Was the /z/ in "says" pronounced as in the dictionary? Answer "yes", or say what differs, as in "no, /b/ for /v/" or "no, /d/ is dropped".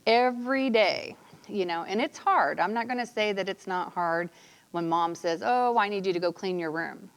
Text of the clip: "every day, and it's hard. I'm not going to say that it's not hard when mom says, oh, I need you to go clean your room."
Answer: yes